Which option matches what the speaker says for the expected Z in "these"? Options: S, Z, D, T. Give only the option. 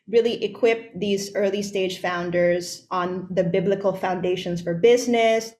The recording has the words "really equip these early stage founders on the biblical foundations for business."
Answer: Z